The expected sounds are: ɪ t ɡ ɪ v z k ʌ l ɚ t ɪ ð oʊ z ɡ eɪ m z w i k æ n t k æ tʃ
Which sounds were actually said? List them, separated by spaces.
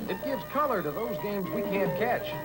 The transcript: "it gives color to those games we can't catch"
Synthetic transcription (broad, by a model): ɪ t ɡ ɪ v z k ʌ l ɚ t ɪ ð oʊ z ɡ eɪ m z w i k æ n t k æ tʃ